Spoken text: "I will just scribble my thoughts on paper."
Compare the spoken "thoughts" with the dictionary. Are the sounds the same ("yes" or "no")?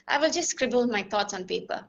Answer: no